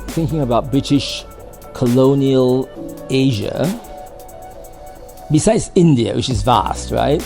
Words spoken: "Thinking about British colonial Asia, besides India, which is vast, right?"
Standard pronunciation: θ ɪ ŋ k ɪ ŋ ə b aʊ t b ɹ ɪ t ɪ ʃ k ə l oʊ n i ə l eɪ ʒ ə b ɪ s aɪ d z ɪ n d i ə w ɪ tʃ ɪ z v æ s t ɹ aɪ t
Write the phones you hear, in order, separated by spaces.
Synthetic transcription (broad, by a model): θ ɪ ŋ k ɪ ŋ ə b aʊ t b ɹ ɪ t ɪ ʃ k ə l oʊ n i ə l eɪ ʒ ə b ɪ s aɪ d z ɪ n d i ə w ɪ tʃ ɪ z v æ s t ɹ aɪ t